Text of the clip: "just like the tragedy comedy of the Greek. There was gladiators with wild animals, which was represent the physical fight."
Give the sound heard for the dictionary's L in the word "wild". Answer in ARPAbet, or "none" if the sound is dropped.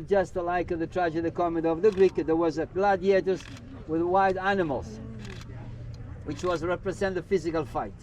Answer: none